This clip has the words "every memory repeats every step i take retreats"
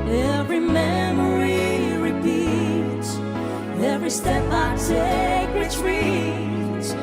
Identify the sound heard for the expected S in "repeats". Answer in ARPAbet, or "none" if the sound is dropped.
none